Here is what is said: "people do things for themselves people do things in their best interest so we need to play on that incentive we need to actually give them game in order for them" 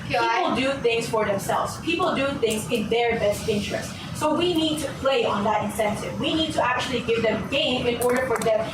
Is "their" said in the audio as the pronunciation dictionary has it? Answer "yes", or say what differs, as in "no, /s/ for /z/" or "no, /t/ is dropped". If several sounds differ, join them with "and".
yes